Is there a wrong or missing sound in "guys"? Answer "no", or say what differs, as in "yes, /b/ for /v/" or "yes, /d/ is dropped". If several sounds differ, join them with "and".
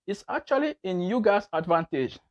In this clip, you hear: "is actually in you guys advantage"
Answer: yes, /s/ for /z/